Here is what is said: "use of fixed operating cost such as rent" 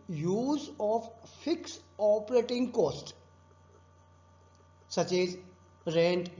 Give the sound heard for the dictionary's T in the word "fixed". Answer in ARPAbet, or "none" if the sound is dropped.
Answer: none